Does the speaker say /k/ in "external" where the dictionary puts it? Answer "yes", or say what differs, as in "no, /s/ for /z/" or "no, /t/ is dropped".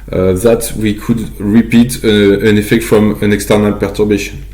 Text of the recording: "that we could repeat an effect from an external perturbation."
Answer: yes